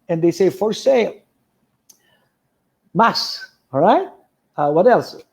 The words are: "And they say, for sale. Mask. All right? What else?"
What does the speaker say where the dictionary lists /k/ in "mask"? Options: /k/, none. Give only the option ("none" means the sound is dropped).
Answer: none